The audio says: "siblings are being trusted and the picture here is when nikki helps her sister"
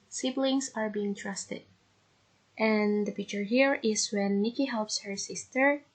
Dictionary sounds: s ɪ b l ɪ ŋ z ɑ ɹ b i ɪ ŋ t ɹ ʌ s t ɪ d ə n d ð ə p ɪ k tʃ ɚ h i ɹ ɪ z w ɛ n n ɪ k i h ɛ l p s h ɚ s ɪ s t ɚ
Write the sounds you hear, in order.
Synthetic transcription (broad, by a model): s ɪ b l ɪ ŋ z ɑ ɹ b i ɪ ŋ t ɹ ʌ s t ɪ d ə n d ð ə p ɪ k tʃ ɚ h i ɹ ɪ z w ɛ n n ɪ k i h ɛ l p s h ɚ s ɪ s t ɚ